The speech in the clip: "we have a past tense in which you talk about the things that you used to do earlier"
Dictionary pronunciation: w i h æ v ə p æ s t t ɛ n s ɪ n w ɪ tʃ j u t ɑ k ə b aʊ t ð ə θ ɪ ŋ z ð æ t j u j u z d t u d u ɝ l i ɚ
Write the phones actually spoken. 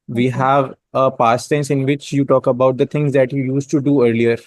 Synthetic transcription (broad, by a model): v i h æ v ə p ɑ s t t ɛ n s ɪ n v ɪ tʃ j u t ɑ k ə b aʊ t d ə t ɪ ŋ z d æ t j u j u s t u d u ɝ l i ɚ